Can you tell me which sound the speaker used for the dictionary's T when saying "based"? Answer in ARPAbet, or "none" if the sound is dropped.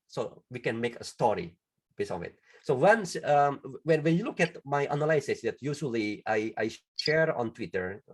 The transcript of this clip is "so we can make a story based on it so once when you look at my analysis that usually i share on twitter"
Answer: none